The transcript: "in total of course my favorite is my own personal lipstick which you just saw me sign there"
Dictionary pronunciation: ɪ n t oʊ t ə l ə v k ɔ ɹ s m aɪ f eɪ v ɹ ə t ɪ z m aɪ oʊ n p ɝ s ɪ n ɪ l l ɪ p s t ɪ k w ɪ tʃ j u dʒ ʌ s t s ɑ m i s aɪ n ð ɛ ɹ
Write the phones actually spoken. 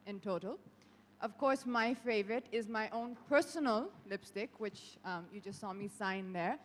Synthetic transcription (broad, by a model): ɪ n t oʊ t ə l ə v k ɔ ɹ s m aɪ f eɪ v ɹ ə t ɪ z m aɪ oʊ n p ɝ s ɪ n ɪ l l ɪ p s t ɪ k w ɪ tʃ j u dʒ ʌ s t s ɑ m i s aɪ n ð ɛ ɹ